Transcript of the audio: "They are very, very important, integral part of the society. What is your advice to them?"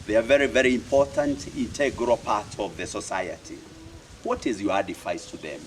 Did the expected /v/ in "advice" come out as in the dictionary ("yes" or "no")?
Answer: no